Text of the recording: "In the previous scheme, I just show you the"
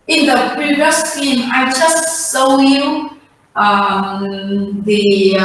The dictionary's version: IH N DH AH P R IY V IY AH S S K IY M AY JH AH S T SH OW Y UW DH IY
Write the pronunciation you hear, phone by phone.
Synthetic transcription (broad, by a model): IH N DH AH P R IY V IY AH S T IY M AY JH AH S T S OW Y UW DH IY